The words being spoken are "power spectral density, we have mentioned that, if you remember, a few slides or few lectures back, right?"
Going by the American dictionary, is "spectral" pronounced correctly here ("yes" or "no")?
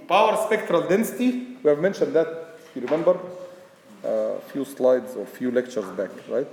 yes